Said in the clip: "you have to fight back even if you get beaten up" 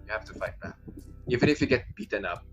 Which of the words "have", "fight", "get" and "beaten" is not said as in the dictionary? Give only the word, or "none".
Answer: have